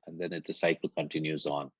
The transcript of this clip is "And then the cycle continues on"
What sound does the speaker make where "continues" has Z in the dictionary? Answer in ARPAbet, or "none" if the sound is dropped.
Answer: Z